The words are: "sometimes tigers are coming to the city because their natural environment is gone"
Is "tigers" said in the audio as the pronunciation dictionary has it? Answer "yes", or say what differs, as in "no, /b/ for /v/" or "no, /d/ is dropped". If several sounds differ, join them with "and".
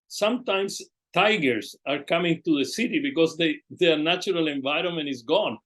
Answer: no, /s/ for /z/